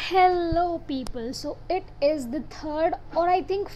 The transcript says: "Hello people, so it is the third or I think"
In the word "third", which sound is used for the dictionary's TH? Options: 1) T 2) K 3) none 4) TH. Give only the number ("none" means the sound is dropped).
1